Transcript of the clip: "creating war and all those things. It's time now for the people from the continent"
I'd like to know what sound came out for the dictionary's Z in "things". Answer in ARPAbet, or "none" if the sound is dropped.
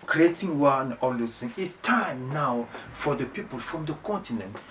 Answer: none